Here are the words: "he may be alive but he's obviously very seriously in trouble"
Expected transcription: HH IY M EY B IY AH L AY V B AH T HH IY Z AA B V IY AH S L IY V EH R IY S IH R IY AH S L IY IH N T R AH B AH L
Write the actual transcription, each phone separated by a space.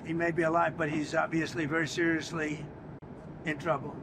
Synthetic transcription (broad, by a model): HH IY M EY B IY AH L AY V B AH T HH IY Z AA B V IY AH S L IY V EH R IY S IH R IY AH S L IY IH N T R AH B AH L